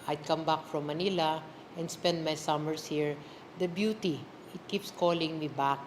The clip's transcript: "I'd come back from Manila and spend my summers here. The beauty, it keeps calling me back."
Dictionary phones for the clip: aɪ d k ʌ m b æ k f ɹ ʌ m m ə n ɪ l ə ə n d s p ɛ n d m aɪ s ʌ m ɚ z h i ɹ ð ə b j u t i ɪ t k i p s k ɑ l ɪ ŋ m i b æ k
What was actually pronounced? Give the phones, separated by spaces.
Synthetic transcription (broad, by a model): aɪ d k ʌ m b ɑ k f ɹ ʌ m m ə n ɪ l ə ə n d s p ɛ n d m aɪ s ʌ m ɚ s h i ɹ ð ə b j u t i ɪ t k i p s k ɑ l ɪ ŋ m i b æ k